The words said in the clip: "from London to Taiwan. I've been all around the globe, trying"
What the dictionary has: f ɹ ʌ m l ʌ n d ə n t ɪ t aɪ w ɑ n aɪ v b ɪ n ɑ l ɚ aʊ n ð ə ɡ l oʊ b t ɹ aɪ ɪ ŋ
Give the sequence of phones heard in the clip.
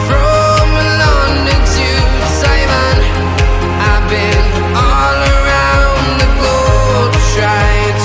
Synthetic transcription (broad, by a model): f ɹ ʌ m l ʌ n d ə t ɪ s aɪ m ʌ n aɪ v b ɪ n ɑ l ɚ aʊ n ð ə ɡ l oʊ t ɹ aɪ ɪ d